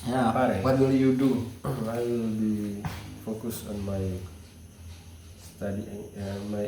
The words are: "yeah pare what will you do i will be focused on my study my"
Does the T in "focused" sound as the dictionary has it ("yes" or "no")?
no